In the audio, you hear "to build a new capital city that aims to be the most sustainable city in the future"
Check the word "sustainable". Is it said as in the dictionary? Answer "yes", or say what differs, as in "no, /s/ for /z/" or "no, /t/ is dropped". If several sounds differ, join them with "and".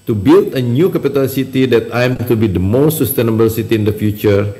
yes